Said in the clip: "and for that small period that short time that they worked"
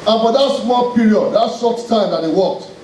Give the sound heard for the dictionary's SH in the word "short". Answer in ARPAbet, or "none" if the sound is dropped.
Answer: S